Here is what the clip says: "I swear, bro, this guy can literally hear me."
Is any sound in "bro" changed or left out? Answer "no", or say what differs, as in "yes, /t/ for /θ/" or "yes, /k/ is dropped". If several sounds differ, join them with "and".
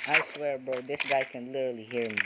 yes, /ɹ/ is dropped